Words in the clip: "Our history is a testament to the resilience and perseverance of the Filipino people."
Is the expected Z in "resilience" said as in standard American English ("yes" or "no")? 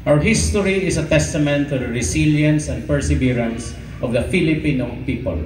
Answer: no